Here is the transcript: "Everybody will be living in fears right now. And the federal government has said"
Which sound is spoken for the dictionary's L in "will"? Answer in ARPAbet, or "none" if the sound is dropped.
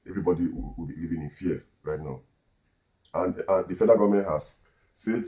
W